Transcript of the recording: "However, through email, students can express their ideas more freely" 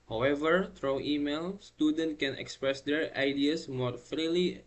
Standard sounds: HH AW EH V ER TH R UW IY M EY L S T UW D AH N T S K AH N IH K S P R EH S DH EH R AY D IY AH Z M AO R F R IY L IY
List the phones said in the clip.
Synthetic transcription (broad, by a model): HH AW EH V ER T R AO IY M EY L S T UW D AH N T K AH N IH K S P R EH S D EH R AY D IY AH S M AO R F R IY L IY